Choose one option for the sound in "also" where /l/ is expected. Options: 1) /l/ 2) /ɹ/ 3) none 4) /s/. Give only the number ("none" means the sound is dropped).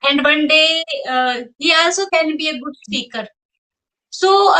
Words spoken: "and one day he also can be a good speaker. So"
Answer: 3